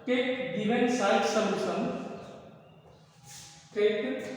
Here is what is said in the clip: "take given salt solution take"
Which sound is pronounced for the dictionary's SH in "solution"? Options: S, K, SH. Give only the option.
S